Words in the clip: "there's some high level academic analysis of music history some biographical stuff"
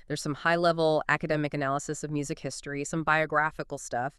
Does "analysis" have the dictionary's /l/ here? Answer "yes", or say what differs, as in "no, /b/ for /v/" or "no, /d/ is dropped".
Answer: yes